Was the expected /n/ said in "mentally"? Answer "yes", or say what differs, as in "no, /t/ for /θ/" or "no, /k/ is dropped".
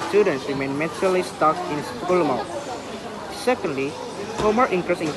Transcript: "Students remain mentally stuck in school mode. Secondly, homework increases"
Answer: no, /n/ is dropped